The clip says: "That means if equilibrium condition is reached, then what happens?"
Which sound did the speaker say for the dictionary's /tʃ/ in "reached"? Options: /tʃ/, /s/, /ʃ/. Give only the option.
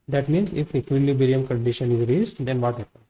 /s/